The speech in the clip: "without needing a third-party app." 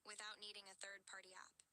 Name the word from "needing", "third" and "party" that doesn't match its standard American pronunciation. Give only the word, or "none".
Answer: none